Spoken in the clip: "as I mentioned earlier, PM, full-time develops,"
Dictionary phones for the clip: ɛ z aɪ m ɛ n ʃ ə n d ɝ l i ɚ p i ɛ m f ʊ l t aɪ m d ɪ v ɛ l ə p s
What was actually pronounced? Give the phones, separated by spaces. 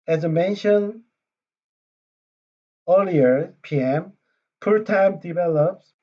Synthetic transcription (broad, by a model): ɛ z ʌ m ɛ n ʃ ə n ɝ l i ɚ p i ɛ m p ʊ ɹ t aɪ m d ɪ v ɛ l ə p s